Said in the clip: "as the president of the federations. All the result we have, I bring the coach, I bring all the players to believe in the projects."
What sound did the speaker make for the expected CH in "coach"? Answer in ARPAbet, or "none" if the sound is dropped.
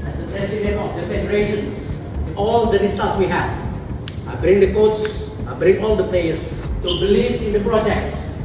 S